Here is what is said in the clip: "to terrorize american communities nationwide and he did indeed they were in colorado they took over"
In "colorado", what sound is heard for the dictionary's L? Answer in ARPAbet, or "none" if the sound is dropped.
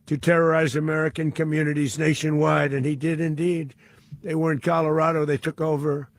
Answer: L